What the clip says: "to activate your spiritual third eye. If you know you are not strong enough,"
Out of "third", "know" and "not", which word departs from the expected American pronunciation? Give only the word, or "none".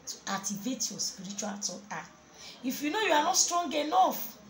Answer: third